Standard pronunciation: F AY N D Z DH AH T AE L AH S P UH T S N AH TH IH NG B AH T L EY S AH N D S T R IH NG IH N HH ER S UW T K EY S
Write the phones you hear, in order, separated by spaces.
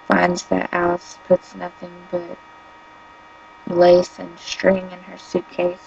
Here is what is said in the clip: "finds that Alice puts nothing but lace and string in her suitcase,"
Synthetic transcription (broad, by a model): F AY N D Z DH AH T AE L AH S P UH T S N AH TH IH NG B AH T L EY S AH N S T R IH NG IH N ER S UW T K EY S